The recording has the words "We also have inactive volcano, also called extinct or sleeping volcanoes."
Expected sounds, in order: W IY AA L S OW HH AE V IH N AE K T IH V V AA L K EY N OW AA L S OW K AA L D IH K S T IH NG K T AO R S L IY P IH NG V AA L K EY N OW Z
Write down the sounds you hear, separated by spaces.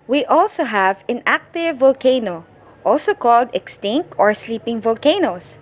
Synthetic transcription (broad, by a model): W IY AA L S OW HH AE V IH N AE K T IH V V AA L K EY N OW AA L S OW K AA L D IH K S T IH NG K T AO R S L IY P IH NG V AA L K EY N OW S